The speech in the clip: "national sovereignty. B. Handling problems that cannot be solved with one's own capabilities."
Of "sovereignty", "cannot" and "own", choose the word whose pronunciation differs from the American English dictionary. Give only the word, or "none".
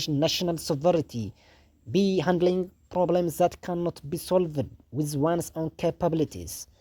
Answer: sovereignty